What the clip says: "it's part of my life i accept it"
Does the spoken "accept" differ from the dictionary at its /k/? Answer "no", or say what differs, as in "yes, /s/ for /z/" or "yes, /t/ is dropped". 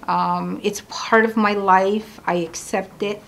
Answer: no